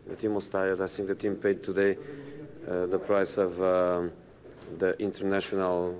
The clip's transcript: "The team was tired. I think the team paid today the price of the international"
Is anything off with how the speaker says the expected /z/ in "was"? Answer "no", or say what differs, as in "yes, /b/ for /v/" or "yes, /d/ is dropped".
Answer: yes, /s/ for /z/